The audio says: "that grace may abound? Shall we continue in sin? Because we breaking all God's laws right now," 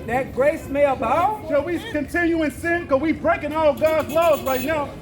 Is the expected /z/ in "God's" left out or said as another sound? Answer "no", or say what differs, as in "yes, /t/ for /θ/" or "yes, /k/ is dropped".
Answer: no